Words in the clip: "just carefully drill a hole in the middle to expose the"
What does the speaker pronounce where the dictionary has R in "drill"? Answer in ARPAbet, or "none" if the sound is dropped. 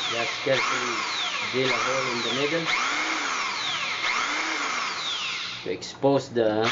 none